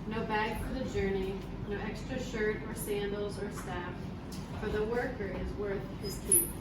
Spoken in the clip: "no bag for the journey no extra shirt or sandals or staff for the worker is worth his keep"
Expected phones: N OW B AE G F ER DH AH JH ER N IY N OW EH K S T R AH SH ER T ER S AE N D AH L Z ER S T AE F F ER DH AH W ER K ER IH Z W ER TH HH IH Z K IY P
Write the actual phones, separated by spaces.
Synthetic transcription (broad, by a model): N OW B AE G F ER DH AH JH ER N IY N OW EH K S T R AH SH ER T ER S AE N D L Z ER S T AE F F ER DH AH W ER K ER IH Z W ER TH HH IH Z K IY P